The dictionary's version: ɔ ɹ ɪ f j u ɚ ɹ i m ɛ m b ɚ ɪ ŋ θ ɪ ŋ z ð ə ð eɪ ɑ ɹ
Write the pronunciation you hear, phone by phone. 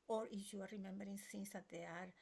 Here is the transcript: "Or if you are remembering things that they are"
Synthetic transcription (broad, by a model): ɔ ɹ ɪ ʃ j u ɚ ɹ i m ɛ m b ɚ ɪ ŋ s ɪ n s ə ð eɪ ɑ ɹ